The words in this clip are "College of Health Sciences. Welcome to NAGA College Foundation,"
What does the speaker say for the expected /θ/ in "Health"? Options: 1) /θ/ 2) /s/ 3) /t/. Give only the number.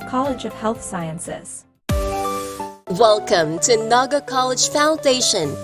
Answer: 1